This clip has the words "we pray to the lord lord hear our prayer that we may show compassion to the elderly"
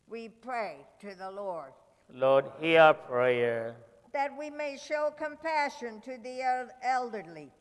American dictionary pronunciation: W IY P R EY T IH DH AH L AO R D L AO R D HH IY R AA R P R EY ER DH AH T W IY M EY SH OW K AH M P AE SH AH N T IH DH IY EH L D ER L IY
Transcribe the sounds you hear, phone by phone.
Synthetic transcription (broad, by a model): W IY P R EY T IH DH AH L AO R D L AO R D HH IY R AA P R EY ER DH AH T W IY M EY SH OW K AH M P AE SH AH N T IH DH IY EH L D ER L IY